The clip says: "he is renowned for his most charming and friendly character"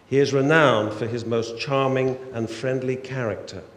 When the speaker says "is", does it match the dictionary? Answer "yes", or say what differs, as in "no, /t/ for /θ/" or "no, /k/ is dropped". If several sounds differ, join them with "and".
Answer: yes